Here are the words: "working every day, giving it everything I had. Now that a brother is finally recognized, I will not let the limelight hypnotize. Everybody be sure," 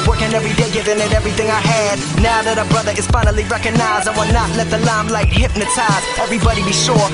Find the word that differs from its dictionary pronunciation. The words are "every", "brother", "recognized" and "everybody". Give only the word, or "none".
recognized